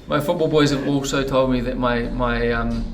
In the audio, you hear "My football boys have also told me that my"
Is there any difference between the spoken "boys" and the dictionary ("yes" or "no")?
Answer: no